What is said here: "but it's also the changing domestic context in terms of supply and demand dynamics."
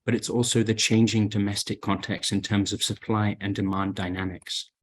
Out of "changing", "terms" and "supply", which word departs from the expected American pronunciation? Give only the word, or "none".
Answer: none